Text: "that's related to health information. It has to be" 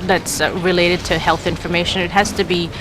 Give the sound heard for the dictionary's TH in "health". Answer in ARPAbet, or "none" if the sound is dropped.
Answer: TH